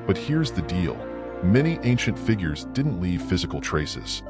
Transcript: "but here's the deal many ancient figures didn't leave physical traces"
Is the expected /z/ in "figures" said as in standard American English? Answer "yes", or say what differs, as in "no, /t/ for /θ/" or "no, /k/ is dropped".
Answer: yes